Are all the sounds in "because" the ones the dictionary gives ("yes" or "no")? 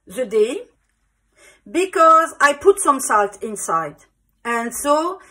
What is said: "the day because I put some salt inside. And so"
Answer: yes